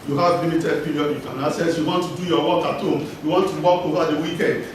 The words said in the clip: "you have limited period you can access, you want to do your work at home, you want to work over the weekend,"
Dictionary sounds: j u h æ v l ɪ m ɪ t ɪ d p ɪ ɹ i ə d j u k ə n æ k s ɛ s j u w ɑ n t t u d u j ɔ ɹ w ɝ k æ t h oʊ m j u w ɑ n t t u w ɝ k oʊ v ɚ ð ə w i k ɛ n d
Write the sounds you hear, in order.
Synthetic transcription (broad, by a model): j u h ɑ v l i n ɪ t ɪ d p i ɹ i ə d j u k ə n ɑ s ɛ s j u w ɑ n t t u d u j ɔ w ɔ k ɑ t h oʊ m j u w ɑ n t t u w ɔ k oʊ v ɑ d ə w i k ɛ n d